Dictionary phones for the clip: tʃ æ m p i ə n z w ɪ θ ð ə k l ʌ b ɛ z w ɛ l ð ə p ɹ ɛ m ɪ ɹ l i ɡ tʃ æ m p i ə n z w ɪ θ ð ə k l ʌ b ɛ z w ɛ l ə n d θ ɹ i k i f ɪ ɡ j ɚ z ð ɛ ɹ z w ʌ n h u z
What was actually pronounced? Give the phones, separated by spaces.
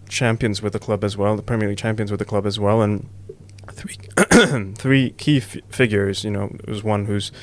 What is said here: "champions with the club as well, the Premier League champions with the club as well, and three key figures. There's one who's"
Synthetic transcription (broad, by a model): tʃ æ m p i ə n z w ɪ ð ə k l ʌ b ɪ z w ɛ l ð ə p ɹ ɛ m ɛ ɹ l i tʃ æ m p i ə n z w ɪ ð ə k l ʌ b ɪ z w ɛ l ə n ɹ θ ɹ i k i f ɪ ɡ j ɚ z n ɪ w z w ʌ n h u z